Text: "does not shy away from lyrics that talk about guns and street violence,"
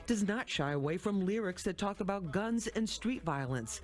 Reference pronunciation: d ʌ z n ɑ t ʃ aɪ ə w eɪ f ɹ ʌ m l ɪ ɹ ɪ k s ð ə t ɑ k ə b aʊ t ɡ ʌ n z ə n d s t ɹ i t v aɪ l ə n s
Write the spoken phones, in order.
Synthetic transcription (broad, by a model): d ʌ z n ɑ t ʃ aɪ ə w eɪ f ɹ ʌ m l ɪ ɹ ɪ k s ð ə t ɑ k ə b aʊ t ɡ ʌ n z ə n s t ɹ i t v aɪ l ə n s